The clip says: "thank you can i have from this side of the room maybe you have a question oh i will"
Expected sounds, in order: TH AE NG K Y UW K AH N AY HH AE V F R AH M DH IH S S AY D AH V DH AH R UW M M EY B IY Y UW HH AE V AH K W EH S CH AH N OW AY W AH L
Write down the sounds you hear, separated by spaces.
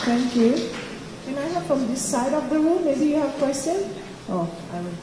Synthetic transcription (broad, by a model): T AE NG K Y UW K AH N AY HH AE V F R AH M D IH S S AY D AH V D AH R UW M M EY B IY Y UW HH AE V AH K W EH S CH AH N OW AY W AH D